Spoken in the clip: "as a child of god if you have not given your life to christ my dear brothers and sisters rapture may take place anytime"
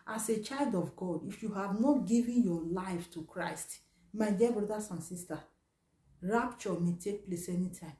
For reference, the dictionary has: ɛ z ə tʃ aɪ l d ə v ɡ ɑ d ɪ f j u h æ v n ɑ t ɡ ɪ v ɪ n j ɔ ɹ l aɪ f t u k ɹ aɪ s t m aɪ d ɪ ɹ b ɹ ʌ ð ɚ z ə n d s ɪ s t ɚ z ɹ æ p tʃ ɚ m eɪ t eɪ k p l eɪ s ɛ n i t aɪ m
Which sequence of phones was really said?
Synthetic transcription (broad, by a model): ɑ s ə tʃ aɪ l d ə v ɡ ɑ d ɪ f j u h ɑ v n ɑ t ɡ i v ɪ n j ɔ l aɪ f t u k ɹ aɪ s t m aɪ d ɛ b ɹ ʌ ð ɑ s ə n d s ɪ s t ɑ ɹ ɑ p tʃ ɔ m eɪ t eɪ k p l eɪ s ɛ n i t aɪ m